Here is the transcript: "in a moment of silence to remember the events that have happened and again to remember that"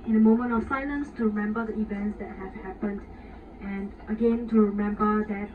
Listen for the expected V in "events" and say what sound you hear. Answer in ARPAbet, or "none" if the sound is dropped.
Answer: V